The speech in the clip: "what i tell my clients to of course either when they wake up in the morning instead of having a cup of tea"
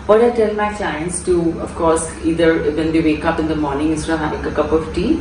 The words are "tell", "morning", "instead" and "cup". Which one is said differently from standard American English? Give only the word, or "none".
instead